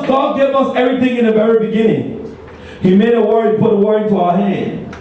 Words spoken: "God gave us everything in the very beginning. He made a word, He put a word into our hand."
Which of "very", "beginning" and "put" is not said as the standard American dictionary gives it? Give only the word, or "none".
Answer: none